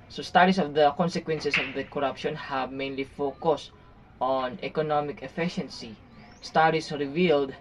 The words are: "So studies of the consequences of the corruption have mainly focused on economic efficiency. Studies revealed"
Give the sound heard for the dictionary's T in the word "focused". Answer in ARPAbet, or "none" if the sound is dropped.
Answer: T